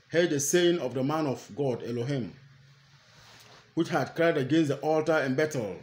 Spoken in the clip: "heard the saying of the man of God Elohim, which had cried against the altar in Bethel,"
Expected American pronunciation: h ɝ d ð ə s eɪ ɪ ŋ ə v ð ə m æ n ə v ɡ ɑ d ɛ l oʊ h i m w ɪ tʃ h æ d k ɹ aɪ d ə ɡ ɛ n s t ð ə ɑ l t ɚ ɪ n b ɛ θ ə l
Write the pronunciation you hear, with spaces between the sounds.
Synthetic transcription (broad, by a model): h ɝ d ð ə s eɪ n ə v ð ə m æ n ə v ɡ ɑ d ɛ l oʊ h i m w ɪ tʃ h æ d k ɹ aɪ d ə ɡ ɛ n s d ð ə ɑ l t ɚ ɪ n b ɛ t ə l